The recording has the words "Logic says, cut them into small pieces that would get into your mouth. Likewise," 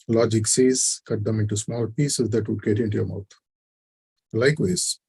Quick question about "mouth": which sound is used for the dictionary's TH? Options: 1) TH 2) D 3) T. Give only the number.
3